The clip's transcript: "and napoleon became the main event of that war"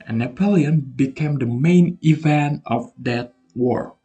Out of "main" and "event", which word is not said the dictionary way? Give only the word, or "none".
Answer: none